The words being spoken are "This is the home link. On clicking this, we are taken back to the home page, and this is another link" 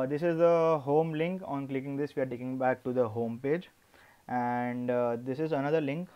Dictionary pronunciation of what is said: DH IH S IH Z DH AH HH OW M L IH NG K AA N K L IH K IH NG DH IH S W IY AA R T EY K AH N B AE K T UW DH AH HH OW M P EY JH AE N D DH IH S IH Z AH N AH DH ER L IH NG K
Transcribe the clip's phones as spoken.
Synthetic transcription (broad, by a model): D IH S IH Z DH AH HH OW M L IH NG K AA N K L IH K IH NG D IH S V IY AA R T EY K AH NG B AE K T UW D AH HH OW M P EY JH AE N D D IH S IH Z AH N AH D ER L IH NG K